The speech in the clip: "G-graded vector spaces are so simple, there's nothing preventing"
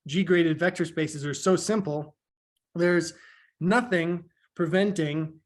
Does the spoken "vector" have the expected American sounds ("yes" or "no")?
yes